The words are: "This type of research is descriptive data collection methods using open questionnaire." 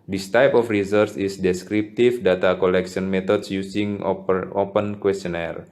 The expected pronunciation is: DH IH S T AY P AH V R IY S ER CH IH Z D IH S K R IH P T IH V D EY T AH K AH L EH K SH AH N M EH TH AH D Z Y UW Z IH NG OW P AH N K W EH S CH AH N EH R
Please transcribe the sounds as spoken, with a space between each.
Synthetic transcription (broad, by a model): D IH S T AY P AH F R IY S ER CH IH S D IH S K R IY P T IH F D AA T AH K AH L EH K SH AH N M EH T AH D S Y UW S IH NG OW P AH N K W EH S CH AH N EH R